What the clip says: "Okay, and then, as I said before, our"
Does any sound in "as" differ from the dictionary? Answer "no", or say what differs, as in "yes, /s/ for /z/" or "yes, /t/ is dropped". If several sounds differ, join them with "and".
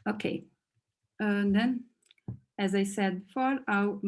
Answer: no